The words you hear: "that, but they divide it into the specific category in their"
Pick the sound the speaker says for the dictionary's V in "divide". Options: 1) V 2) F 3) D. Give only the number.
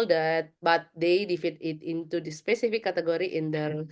2